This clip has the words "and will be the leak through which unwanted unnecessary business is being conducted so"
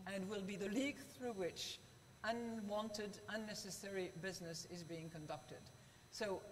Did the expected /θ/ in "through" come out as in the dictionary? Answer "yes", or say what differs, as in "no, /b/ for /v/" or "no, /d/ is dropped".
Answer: yes